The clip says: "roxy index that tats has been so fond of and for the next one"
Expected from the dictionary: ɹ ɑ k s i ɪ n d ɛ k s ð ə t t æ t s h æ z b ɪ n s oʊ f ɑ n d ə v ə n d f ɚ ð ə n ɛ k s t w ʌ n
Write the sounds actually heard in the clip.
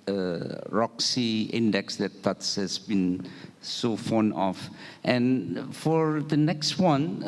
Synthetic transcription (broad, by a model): ɹ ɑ k s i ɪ n d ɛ k s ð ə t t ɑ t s h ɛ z b ɪ n s oʊ f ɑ n ə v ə n f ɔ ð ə n ɛ k s t w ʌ n